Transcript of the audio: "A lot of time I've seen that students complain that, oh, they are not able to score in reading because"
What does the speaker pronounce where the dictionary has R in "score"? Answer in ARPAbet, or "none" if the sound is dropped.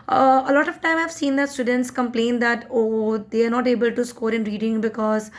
R